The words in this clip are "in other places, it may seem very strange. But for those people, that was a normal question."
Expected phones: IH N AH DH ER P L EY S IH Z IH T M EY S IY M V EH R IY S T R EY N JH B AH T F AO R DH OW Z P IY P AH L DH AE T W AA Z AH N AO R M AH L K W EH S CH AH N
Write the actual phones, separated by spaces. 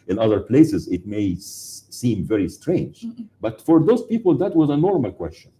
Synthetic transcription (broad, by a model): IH N AH DH ER P L EY S IH Z IH T M EY S IY M V EH R IY S T R EY N JH B AH T F AO R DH OW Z P IY P AH L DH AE T W AA Z AH N AO R M AH L K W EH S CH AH N